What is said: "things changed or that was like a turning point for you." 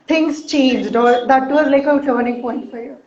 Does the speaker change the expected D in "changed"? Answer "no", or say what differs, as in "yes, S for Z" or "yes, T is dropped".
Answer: no